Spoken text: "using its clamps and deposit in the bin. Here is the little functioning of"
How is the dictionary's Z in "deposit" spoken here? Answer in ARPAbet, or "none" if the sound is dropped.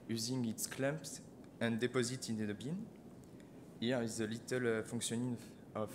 Z